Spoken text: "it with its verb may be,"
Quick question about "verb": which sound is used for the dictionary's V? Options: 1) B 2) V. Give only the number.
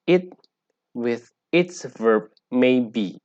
2